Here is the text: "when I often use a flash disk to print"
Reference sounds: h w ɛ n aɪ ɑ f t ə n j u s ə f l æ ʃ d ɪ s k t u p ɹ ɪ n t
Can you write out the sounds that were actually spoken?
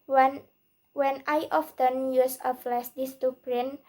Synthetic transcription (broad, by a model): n w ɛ n aɪ ɑ f t ə n j u s ə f l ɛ s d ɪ s t u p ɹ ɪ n